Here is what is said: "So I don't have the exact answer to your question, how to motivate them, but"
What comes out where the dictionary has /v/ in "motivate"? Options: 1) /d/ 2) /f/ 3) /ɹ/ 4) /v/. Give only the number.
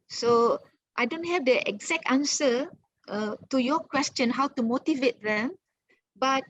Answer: 4